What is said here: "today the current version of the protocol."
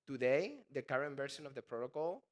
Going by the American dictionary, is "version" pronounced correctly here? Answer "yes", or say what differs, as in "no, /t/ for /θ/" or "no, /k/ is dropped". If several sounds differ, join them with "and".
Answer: no, /s/ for /ʒ/